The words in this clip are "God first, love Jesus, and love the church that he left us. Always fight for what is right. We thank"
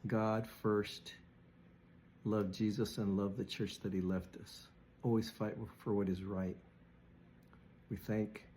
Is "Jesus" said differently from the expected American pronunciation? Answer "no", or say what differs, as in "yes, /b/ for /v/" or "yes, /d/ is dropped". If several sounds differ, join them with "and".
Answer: no